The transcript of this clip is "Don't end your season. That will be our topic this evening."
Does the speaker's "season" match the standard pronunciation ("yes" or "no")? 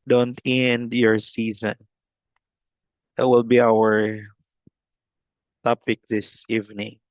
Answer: yes